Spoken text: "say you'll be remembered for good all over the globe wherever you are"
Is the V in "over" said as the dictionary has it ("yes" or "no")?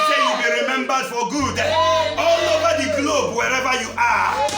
no